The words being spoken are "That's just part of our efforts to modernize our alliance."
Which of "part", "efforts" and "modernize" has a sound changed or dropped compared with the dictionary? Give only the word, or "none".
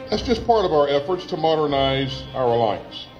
none